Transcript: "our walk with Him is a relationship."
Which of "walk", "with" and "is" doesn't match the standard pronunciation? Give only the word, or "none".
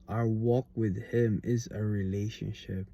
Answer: none